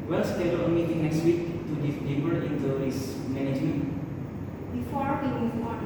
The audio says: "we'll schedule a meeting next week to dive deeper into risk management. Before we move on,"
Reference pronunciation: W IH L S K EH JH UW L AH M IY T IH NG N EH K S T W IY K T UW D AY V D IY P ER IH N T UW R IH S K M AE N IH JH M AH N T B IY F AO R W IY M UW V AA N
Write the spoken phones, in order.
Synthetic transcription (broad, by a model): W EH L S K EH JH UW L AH M IY T IH NG N EH K S T W IY K T UW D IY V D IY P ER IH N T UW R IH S M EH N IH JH M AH N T B IY F AO R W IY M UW AA